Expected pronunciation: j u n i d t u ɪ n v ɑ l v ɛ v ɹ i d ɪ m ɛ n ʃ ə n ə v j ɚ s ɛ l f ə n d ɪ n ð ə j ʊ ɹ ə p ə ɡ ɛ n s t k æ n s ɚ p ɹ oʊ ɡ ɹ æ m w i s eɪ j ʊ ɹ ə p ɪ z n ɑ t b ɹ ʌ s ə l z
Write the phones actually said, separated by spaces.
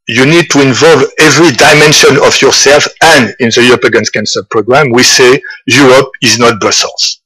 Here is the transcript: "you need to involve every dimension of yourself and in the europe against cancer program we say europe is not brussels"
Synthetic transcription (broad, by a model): j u n i d t u ɪ n v ɑ l v ɛ v ɹ i d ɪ m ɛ n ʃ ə n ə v j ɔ s ɛ l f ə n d ɪ n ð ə j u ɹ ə p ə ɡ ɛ n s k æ n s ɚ p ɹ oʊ ɡ ɹ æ m w i s eɪ j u ɹ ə p ɪ z n ɑ t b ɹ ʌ s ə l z